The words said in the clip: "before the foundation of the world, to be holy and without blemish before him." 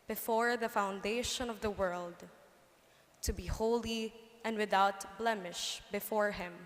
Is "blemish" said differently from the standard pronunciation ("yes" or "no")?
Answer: no